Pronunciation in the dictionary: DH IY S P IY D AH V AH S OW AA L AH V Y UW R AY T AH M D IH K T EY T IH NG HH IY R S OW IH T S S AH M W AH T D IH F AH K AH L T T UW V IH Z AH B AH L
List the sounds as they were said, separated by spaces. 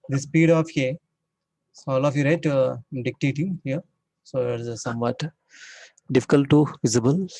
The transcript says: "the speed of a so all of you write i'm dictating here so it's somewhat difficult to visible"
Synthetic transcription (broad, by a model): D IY S P IY D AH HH AH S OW AA L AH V Y UW R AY AH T D IH K T EY T IH NG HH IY R S OW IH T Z S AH M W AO T D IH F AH K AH L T T UW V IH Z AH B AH L